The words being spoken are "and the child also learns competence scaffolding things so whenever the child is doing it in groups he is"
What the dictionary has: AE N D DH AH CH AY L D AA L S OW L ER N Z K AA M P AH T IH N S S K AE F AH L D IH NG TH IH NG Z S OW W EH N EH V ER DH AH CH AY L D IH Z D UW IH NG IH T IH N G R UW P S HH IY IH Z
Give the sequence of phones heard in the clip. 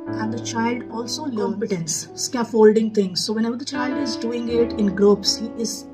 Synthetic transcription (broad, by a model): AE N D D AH CH AY L D AA L S OW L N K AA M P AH T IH N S S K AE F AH L D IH NG T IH NG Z S OW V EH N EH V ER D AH CH AY L D IH Z D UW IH NG IH T IH N G R UW P S HH IY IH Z